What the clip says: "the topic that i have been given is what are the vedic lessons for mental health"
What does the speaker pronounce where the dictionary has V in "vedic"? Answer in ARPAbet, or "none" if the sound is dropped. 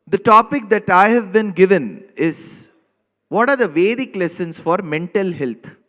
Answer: V